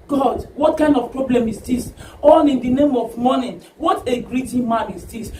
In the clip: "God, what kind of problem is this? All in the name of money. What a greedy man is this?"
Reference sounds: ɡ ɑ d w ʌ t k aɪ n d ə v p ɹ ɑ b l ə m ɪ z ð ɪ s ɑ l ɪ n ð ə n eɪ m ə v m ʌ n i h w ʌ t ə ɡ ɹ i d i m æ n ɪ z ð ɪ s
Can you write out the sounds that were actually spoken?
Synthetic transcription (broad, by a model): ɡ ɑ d w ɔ t k aɪ n d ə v p ɹ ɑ b l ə m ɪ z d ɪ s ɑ n ɪ n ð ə n eɪ m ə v m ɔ n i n w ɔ t ə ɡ ɹ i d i m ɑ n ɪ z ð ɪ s